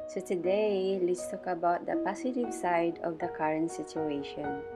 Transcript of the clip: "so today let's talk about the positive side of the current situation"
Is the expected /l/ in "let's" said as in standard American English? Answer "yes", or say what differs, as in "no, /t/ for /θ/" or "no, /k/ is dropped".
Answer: yes